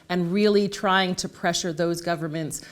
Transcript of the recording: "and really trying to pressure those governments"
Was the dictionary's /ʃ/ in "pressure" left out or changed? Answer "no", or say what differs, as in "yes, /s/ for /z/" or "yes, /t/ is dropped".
no